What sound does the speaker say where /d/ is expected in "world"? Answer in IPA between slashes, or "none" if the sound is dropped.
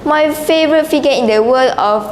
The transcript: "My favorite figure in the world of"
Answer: none